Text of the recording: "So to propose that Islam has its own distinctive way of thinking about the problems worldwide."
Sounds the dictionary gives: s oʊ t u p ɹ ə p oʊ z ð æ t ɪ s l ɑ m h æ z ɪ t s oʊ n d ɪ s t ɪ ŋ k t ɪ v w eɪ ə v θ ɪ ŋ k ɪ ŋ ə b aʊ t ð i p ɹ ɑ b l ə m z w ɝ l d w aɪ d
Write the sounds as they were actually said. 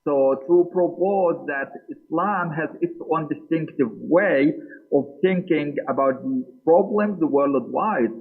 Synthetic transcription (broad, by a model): s oʊ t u p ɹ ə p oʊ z ð æ t ɪ s l ɑ m h æ z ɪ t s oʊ n d ɪ s t ɪ ŋ k t ɪ v w eɪ ə v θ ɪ ŋ k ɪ ŋ ə b aʊ t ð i p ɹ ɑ b l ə m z w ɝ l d w aɪ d